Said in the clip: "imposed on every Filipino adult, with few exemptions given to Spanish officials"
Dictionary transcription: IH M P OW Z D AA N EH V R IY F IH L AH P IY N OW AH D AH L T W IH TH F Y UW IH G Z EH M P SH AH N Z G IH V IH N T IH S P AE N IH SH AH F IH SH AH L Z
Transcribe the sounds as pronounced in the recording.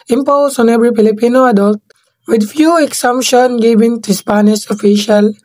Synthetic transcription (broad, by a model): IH M P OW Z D AA N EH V R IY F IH L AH P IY N OW AH D AH L T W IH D F Y UW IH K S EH M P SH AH N G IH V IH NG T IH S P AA N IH S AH F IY SH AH L